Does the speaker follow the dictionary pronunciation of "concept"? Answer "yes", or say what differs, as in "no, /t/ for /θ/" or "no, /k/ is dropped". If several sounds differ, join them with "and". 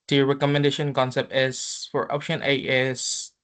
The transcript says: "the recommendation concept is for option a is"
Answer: yes